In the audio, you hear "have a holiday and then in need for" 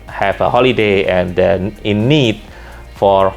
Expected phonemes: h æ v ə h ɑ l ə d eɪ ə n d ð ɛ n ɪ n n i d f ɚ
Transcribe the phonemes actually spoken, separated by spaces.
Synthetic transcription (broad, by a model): h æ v ə h ɑ l ə d eɪ ə n d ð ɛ ɪ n n i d f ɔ